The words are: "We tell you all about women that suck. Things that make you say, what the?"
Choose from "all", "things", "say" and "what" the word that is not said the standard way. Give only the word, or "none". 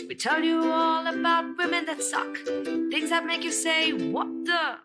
none